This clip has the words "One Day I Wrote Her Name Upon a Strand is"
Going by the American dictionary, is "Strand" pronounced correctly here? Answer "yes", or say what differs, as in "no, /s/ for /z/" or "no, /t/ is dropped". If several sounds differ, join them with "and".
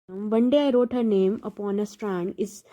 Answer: yes